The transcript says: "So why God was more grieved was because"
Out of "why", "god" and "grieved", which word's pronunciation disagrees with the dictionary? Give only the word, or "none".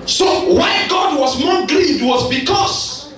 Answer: grieved